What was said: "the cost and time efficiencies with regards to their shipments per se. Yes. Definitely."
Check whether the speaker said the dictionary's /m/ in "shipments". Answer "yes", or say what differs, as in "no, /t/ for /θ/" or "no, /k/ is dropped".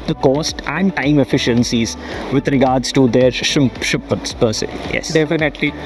no, /m/ is dropped